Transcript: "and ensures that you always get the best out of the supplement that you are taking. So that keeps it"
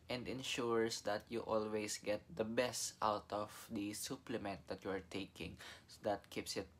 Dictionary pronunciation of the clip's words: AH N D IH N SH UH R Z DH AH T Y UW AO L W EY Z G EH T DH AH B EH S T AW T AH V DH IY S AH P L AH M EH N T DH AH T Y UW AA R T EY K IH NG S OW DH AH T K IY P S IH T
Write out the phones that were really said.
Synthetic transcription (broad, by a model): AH N D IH N SH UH R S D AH T Y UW AO L W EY S G EH T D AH B EH S T AW T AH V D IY S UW P L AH M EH N T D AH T Y UW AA R T EY K IH NG S OW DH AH T K IY P S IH T